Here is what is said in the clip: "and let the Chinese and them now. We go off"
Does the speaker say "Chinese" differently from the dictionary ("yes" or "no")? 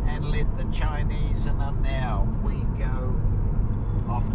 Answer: no